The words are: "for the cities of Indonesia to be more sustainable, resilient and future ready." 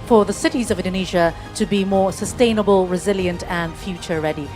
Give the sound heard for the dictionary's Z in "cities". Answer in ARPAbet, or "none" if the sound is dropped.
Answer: Z